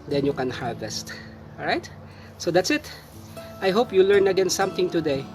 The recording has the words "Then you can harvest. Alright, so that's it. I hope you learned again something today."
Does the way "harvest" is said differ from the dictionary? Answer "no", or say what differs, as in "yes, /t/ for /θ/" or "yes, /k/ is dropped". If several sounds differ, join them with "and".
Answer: no